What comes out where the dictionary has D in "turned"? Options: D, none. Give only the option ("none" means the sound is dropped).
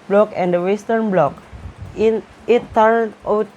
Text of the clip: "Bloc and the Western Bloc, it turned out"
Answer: none